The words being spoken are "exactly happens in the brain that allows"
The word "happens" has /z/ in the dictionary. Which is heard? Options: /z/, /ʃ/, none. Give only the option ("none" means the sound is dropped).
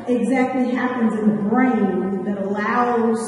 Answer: /z/